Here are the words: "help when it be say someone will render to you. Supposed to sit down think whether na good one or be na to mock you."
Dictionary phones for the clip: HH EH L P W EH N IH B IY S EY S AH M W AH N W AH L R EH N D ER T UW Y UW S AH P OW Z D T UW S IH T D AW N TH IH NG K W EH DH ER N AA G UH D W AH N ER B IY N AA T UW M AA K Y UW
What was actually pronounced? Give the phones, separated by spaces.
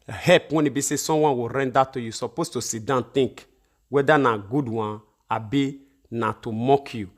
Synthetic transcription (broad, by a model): HH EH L P W EH N IH B IY S EY S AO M W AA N W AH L R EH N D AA T UW Y UW S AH P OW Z T UW S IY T D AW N T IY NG K W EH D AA N AA G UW D W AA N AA B IY N AA T UW M AA K Y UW